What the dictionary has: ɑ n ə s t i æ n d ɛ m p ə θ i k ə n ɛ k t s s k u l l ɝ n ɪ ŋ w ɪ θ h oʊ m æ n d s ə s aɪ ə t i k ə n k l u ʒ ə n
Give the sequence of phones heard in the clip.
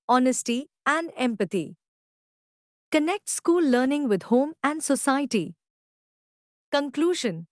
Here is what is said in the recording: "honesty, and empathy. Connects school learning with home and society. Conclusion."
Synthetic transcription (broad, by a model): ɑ n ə s t i æ n d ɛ m p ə t i k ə n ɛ k t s s k u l l ɝ n ɪ ŋ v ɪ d h oʊ m æ n d s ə s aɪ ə t i k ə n k l u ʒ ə n